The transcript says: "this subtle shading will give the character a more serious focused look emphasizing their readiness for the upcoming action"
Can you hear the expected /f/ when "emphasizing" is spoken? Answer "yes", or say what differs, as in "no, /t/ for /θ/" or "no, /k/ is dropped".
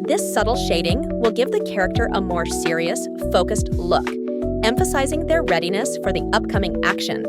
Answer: yes